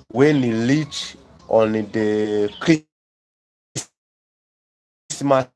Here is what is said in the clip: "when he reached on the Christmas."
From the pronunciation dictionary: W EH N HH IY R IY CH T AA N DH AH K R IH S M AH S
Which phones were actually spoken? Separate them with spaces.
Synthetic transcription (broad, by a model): W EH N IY L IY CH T AA N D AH K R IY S M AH